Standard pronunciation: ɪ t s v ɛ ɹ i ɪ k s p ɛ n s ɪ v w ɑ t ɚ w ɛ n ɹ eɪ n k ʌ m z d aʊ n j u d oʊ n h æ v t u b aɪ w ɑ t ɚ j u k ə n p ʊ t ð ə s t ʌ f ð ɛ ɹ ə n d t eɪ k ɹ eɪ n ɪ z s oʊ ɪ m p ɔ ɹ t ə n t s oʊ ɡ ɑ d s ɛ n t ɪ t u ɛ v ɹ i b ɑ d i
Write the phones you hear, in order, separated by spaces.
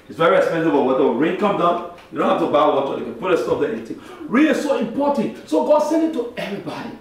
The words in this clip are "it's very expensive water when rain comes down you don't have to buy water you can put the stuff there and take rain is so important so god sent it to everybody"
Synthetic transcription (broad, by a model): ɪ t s v ɛ ɹ i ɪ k s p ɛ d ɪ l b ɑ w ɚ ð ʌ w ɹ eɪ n k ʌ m d aʊ n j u d oʊ n h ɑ f t u b aɪ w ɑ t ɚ j u k ə n p ʊ t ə s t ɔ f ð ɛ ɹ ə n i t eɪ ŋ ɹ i l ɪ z s oʊ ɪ m p ɔ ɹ t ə n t s oʊ ɡ ɑ d s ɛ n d ɪ t u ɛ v ɹ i b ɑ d i